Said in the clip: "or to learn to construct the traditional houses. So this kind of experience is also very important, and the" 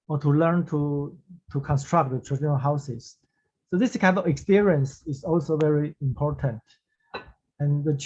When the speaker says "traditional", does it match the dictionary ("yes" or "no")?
no